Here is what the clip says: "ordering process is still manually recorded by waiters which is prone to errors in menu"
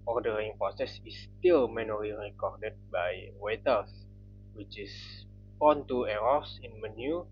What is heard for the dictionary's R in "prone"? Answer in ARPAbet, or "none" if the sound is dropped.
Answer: none